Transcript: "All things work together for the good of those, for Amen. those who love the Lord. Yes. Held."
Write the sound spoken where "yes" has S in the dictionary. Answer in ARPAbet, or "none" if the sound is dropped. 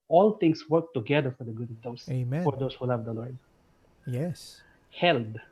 S